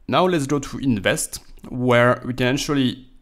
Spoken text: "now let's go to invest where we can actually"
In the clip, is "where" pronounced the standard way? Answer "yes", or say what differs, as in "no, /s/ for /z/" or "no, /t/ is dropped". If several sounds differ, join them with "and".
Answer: yes